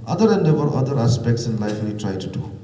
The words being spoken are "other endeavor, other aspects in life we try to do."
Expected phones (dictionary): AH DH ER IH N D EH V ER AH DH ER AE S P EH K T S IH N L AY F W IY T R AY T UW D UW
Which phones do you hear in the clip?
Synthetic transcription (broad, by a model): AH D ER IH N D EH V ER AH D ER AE S P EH K T S IH N L AY F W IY T R AY T UW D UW